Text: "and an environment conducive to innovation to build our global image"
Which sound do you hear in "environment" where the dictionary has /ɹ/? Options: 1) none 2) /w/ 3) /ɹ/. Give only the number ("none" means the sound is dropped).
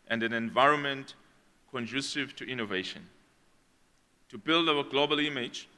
3